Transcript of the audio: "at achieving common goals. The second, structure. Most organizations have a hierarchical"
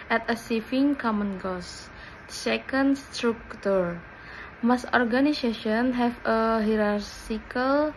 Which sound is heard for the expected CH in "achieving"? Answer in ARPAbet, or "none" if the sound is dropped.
S